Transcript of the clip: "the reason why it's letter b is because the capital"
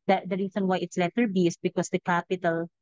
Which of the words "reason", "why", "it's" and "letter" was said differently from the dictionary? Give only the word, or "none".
reason